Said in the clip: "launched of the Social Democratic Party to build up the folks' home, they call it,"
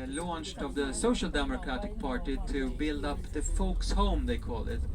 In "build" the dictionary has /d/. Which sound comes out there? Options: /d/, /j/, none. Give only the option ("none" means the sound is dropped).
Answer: /d/